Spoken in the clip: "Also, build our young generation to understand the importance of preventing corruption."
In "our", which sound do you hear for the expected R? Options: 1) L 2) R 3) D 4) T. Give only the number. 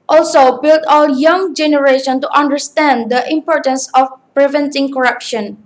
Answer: 1